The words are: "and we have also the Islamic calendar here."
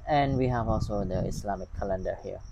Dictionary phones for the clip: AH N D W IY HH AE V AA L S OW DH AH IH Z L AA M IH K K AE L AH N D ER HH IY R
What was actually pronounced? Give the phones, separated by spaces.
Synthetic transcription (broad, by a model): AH N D W IY HH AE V AA L S OW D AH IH S L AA M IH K K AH L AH N D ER HH IY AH